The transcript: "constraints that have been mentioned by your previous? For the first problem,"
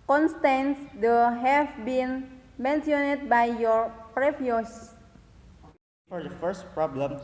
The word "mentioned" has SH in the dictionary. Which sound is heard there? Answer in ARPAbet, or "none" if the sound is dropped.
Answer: S